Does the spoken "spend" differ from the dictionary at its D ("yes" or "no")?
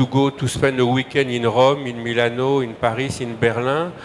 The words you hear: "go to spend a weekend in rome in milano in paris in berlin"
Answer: yes